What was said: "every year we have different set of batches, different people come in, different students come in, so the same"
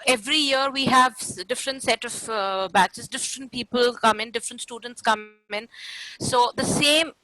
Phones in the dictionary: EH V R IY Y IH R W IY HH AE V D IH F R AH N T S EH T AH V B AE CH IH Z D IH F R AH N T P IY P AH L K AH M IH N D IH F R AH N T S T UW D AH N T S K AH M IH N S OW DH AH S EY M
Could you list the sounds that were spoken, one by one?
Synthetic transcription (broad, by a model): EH V R IY Y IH R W IY HH AE V D IH F R AH N T S EH T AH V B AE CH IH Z D IH F R AH N T P IY P AH L K AH M IH N D IH F R AH N T S T UW D AH N T S K AH M IH N S OW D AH S EY M